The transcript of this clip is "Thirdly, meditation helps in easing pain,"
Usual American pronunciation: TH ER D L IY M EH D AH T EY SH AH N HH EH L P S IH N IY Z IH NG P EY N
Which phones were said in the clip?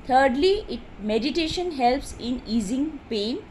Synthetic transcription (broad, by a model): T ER D L IY M EH D AH T EY SH AH N HH EH L P S IH N IY Z IH NG P EY N